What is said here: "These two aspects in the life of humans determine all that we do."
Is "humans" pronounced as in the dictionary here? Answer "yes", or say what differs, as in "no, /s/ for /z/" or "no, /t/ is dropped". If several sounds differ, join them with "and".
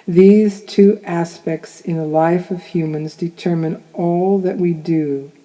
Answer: yes